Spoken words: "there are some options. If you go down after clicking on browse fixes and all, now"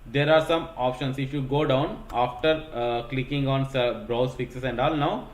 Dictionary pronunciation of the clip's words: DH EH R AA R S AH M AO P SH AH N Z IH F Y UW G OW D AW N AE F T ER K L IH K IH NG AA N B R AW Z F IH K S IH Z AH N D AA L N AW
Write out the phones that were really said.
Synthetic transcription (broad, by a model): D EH R AA R S AH M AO P SH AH N S IH F Y UW G OW D AW N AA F T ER K L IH K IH NG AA N B R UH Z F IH K S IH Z AH N D AA L N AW